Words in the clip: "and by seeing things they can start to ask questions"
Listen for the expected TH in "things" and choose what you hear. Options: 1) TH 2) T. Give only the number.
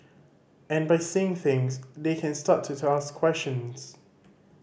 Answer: 1